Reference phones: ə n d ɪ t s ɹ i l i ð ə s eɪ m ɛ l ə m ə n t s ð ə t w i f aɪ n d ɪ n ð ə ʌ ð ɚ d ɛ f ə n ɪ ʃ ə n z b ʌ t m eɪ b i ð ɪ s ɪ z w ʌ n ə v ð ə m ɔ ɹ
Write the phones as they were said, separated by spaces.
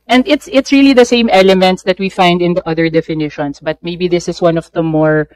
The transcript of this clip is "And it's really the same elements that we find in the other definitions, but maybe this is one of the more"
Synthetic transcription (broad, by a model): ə n d ɪ t s ɹ i l i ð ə s eɪ m ɛ l ə m ə n t s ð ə t w i f aɪ n d ɪ n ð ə ʌ ð ɚ d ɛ f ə n ɪ ʃ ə n s b ʌ t m eɪ b i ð ɪ s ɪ s w ʌ n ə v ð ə m ɔ ɹ